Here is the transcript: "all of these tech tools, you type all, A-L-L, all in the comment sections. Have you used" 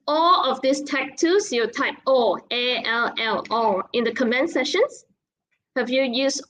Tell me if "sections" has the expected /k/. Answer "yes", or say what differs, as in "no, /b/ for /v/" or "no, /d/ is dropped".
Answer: no, /k/ is dropped